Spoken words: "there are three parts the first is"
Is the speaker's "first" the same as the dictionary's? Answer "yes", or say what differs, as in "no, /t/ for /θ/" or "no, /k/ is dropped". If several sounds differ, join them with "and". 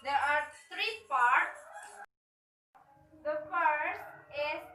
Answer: yes